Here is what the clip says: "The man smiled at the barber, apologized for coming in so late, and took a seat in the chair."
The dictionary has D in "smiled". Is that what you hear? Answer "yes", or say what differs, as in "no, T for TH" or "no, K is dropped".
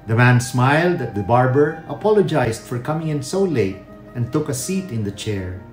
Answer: yes